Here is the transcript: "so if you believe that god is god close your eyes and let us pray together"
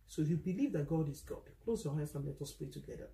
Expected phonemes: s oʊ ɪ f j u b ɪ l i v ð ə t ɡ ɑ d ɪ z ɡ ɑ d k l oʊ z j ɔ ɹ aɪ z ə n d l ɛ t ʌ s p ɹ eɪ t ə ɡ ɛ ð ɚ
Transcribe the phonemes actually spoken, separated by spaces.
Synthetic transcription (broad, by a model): s oʊ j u b ɪ l i v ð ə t ɡ ɑ d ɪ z ɡ ɑ d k l oʊ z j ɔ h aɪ s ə n l ɛ t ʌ s p ɹ eɪ t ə ɡ ɛ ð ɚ